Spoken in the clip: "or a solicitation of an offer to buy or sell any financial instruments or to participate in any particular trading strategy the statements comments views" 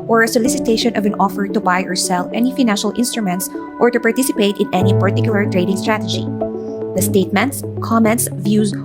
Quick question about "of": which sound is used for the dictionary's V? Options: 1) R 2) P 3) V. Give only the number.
3